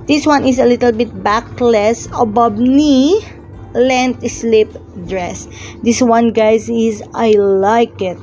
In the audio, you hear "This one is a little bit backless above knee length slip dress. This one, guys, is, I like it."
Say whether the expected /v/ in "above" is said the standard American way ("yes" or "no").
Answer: no